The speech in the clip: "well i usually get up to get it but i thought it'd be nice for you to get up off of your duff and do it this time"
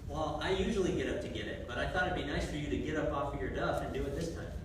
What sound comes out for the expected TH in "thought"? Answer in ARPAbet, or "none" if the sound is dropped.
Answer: TH